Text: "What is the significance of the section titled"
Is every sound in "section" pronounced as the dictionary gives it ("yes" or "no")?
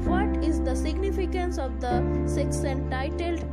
no